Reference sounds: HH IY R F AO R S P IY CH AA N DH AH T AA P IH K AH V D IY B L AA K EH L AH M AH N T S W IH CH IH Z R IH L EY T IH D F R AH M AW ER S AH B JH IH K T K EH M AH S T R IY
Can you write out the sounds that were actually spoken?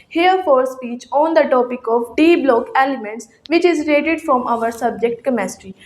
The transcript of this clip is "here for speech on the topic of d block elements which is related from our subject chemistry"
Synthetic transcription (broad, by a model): HH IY R F AO R S P IY CH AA N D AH T AA P IH K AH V D IY B L AA K EH L AH M AH N T S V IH CH IH Z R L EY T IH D F R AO M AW ER S AH B JH IH K T K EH M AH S T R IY